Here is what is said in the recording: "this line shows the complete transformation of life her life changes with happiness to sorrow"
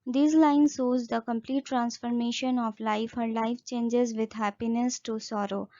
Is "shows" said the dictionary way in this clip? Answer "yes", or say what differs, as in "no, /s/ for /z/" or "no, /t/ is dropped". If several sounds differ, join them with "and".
no, /s/ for /ʃ/